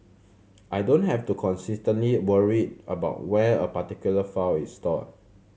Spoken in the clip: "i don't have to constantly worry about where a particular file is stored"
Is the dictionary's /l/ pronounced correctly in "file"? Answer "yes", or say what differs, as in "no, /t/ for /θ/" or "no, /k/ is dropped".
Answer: no, /w/ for /l/